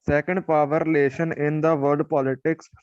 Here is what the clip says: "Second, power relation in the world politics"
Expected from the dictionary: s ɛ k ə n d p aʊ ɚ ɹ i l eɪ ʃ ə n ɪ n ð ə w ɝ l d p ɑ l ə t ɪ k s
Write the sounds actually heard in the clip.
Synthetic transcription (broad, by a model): s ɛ k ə n d p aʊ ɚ ɹ i l eɪ ʃ ə n ɪ n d ə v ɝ d p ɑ l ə t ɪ k s